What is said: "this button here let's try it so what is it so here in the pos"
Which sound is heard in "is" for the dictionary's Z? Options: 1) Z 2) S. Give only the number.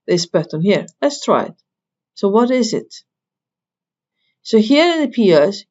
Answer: 1